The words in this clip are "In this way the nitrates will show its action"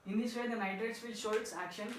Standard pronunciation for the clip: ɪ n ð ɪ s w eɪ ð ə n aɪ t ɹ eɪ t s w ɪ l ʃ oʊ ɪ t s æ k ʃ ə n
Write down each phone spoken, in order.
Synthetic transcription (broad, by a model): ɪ n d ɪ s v eɪ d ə n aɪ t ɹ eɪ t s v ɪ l ʃ oʊ ɪ t s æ k ʃ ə n